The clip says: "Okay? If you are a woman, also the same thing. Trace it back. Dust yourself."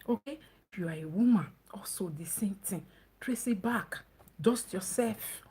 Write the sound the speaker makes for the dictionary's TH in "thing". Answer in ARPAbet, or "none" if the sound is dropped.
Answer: T